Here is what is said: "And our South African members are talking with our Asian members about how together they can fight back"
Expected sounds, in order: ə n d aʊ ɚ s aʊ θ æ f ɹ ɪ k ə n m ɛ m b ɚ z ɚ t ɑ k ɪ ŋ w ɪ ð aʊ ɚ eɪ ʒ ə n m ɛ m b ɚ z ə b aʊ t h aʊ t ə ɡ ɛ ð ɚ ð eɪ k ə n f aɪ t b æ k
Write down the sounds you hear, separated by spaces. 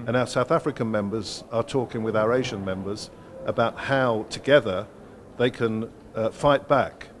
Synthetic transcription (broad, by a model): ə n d aʊ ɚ s aʊ θ æ f ɹ ɪ k ə n m ɛ m b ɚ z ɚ t ɑ k ɪ ŋ w ɪ ð aʊ ɚ eɪ ʒ ə n m ɛ m b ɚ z ə b aʊ t h aʊ t ə ɡ ɛ ð ɚ ð eɪ k ə n f aɪ t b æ k